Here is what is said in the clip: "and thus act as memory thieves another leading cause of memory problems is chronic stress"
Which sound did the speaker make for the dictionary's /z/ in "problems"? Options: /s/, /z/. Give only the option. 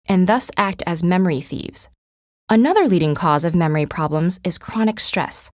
/z/